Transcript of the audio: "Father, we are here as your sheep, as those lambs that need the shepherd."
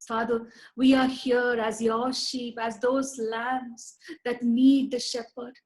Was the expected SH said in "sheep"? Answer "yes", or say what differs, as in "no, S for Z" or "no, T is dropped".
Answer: yes